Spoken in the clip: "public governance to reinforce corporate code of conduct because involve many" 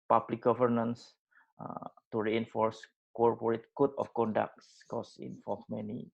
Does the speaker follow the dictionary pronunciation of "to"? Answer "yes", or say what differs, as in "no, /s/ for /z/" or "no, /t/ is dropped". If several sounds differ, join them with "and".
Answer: yes